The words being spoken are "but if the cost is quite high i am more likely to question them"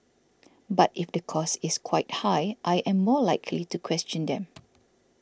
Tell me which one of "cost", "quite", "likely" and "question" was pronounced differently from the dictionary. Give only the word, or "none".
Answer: cost